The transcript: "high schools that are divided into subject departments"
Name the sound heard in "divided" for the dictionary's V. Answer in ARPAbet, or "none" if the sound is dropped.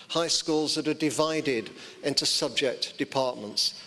V